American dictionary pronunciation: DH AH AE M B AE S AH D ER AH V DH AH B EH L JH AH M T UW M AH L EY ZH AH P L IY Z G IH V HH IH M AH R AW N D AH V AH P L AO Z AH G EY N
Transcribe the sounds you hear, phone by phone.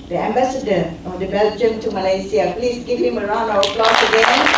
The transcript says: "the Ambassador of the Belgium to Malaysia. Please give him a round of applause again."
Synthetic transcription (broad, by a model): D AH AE M B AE S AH D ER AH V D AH B EH L JH AH M T UW M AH L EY S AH P L IY S G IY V HH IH M AH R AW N AH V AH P L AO S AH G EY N